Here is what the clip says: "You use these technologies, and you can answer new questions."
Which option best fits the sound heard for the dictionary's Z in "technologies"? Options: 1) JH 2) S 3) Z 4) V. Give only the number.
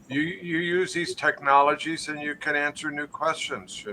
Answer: 3